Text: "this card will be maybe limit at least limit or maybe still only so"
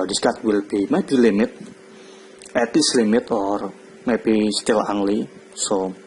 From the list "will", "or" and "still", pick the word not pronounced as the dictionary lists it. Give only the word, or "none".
none